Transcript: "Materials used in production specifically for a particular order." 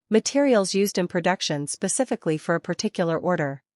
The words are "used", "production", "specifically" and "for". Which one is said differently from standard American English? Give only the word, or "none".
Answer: none